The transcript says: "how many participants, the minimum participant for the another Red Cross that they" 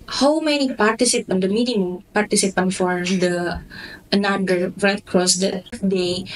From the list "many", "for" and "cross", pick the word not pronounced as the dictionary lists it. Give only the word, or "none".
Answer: none